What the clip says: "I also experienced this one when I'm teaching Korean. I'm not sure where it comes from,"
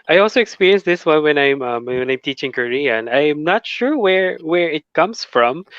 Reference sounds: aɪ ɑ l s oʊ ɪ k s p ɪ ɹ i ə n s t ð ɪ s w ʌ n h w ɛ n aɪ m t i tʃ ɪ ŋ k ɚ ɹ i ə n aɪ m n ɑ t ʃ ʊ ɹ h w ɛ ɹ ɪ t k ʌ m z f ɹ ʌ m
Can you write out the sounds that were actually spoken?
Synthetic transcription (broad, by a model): aɪ ɑ l s oʊ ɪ k s p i ɹ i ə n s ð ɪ s w ʌ n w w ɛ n aɪ m t i tʃ ɪ ŋ k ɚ ɹ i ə n aɪ m n ɑ t ʃ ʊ ɹ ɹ w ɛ ɹ ɪ t k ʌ m s f ɹ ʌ m